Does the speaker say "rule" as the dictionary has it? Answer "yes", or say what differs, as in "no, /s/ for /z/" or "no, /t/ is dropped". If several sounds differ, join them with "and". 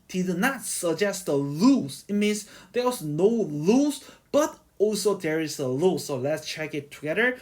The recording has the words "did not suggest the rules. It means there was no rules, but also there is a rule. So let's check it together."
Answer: no, /l/ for /ɹ/